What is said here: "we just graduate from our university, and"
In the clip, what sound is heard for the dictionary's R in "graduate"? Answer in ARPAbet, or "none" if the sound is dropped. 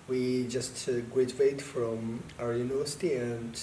W